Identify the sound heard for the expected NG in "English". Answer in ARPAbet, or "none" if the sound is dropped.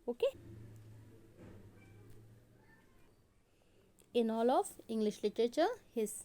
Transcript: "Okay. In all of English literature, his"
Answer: NG